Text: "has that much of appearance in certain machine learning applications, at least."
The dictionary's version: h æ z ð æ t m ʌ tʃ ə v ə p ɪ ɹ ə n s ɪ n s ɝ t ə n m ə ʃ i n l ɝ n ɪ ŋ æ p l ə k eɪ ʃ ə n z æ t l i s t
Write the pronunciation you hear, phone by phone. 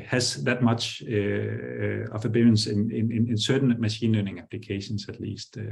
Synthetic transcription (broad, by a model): h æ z ð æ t m ʌ tʃ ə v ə b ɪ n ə n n ɪ n s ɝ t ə n m ə ʃ i n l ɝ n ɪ ŋ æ p l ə k eɪ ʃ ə n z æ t l i s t